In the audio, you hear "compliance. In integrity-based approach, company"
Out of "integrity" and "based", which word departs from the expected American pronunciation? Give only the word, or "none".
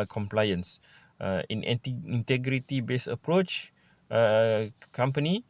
based